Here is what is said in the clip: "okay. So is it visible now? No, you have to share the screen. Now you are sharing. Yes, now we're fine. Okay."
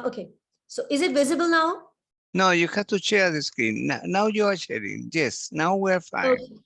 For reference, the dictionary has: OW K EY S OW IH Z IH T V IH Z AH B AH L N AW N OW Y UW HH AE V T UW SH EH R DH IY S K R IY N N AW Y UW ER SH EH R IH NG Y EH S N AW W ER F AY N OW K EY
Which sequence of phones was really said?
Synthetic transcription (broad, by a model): OW K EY S OW IH Z IH T V IH Z AH B AH L N AW N OW Y UW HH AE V T UW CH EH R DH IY S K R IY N N AW Y UW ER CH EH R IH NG Y EH S N AW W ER F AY OW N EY